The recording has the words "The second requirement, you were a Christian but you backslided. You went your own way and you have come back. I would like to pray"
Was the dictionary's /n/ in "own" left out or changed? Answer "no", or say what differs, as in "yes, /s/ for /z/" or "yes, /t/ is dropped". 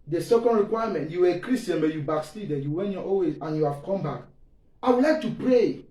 yes, /l/ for /n/